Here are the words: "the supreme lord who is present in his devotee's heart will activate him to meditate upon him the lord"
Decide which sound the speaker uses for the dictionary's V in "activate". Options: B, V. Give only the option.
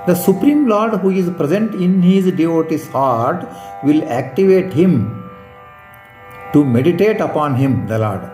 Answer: V